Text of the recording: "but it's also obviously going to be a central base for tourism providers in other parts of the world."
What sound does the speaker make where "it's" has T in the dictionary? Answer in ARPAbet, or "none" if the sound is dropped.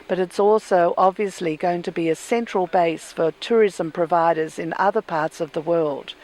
T